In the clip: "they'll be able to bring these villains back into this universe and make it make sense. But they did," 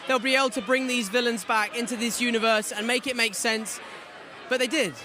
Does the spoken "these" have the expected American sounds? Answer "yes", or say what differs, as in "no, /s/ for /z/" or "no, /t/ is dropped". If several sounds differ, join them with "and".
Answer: yes